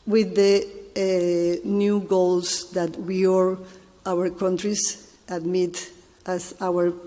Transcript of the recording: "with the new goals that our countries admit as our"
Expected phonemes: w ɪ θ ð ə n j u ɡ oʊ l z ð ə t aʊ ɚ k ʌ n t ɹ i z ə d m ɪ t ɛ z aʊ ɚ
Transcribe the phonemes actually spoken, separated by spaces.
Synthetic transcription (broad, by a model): w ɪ ð ə n j u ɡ oʊ l s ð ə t aʊ ɚ k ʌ n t ɹ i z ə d m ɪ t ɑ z aʊ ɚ